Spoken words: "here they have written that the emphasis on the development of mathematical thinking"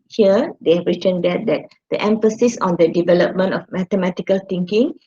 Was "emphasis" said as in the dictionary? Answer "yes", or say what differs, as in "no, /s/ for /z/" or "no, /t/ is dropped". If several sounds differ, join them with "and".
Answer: yes